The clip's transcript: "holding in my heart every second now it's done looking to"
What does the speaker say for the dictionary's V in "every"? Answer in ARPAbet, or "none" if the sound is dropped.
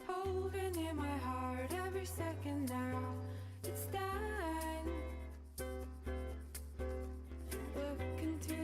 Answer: V